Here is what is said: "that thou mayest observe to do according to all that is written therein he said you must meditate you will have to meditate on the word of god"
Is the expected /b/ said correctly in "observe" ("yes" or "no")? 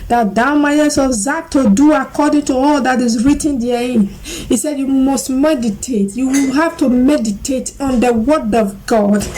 no